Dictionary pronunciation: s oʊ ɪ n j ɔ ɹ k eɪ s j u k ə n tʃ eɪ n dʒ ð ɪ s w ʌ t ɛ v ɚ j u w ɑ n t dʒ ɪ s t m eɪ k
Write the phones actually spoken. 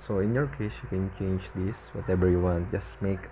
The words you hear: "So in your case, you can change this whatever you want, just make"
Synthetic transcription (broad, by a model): s oʊ ɪ n j ɔ ɹ k eɪ s j u k ə n tʃ eɪ n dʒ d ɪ s w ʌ t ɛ b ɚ j u w ɑ n t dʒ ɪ s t m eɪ k